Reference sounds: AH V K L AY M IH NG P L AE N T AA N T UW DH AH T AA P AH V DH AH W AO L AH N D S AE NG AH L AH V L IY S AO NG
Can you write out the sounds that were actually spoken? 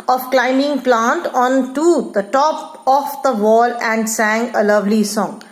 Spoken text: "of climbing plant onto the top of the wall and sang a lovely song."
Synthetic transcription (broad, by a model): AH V K L AY M IH NG P L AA N T AA N T UW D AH T AA P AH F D AH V AO L AH N D S AE NG AH L AH V L IY S AO NG